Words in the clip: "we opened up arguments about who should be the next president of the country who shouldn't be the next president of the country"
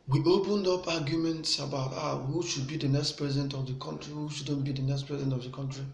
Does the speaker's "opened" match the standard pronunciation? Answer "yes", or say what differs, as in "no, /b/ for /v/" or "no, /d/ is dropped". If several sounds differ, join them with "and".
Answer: yes